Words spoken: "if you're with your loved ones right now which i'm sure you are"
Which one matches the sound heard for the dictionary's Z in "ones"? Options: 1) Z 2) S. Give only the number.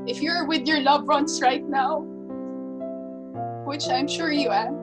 2